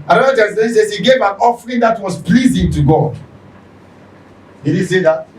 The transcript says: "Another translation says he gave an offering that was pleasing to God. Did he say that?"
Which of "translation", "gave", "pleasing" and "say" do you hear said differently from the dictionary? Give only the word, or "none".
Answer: translation